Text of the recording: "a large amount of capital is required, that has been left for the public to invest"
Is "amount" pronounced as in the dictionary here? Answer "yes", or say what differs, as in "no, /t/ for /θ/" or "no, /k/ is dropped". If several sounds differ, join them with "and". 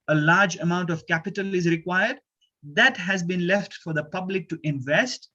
yes